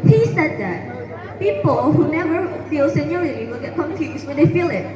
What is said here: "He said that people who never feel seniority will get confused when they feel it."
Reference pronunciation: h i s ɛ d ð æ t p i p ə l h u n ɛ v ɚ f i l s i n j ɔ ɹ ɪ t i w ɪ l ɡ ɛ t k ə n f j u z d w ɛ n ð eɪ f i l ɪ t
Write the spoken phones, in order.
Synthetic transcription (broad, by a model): h i s ɛ d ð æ t p i p ə l h u n ɛ v ɚ f i l s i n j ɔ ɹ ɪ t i w ɪ l ɡ ɛ t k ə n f j u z w ɛ n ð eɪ f i l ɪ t